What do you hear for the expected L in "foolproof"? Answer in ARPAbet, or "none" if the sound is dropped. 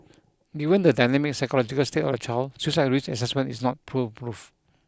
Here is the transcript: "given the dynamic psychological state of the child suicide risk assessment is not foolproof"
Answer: none